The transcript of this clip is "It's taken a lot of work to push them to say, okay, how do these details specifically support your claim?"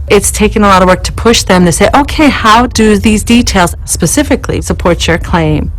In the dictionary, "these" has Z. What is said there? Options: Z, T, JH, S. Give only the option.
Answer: Z